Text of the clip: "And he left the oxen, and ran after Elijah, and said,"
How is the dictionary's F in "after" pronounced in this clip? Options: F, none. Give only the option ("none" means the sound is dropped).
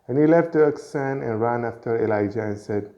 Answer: F